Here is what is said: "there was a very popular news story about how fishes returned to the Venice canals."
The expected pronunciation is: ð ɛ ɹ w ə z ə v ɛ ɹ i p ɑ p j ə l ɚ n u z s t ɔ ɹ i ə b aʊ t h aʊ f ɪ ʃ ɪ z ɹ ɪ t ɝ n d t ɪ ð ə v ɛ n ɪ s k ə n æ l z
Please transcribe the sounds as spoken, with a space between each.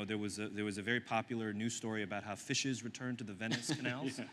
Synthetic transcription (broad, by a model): ð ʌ ɹ w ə z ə v ɛ ɹ i p ɑ p j l ɚ n u s t ɔ ɹ i ə b aʊ t h aʊ f ɪ ʃ ɪ z ɹ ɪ t ɝ n t ɪ ð ə v ɛ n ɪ s k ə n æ l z